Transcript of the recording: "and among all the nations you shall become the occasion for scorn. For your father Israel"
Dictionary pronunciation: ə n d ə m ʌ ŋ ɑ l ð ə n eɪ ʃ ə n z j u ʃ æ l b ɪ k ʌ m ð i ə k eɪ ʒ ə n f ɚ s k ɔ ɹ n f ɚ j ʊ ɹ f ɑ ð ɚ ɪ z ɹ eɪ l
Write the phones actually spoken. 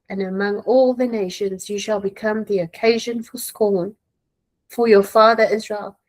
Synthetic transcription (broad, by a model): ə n ə m ʌ ŋ ɑ l ð ə n eɪ ʃ ə n z j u ʃ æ l b ɪ k ʌ m ð i ə k eɪ ʒ ə n f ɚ s k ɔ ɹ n f ɚ j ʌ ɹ f ɑ ð ɚ ɪ z ɹ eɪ l